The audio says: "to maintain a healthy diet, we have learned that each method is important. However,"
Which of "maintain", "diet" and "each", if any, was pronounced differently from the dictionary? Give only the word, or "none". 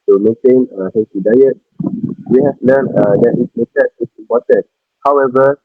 each